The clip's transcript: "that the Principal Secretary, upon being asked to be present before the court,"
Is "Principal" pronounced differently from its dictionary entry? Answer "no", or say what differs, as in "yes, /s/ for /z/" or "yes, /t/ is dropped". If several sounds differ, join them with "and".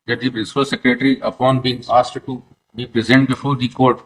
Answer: yes, /n/ is dropped